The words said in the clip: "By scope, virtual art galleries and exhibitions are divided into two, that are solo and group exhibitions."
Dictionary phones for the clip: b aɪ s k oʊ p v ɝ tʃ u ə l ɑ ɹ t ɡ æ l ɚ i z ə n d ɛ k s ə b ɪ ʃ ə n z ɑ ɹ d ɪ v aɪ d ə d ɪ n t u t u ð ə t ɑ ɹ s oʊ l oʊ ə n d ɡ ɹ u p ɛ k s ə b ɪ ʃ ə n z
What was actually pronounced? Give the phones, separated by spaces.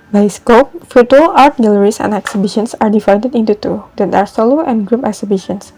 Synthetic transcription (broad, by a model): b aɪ s k oʊ p f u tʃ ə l ɑ ɹ t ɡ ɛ l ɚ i s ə n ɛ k s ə b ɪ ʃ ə n s ɑ ɹ d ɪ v aɪ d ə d ɪ n t u t u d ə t ɑ ɹ s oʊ l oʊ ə n ɡ ɹ u p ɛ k s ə b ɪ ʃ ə n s